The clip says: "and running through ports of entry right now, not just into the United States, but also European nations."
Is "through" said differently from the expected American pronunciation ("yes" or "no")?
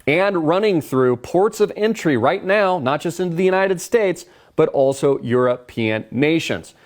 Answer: no